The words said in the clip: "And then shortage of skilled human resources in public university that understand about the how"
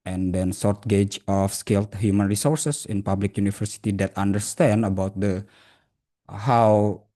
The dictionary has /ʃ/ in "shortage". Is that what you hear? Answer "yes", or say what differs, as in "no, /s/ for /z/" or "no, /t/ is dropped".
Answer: no, /s/ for /ʃ/